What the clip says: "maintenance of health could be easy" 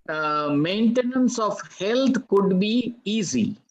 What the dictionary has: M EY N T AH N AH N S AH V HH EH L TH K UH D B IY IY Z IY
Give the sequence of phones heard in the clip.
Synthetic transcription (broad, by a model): M EY N T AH N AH N S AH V HH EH L T K UH D B IY IY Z IY